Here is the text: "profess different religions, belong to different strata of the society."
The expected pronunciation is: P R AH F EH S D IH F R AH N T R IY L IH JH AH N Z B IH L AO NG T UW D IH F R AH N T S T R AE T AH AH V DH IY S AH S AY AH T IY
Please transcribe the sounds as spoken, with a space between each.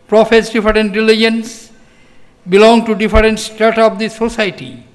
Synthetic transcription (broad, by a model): P R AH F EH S D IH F R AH N T R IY L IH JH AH N S B IH L AO NG T UW D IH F R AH N T S T AA T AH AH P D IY S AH S AY T IY